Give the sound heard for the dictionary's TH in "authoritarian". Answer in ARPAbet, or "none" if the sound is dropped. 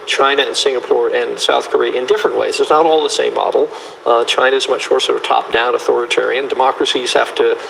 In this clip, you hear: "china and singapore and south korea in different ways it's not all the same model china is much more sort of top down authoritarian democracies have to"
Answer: TH